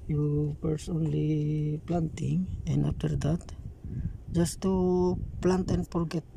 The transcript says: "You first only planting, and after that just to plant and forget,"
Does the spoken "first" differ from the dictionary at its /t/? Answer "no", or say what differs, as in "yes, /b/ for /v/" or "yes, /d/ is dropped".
yes, /t/ is dropped